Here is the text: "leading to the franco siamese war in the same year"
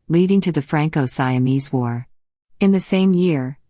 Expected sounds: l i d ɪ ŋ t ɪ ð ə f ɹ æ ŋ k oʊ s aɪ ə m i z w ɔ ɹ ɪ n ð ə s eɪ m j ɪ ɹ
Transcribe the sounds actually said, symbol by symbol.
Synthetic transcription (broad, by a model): l i d ɪ ŋ t ɪ ð ə f ɹ æ ŋ k oʊ s aɪ ə m i z w ɔ ɹ ɪ n ð ə s eɪ m j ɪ ɹ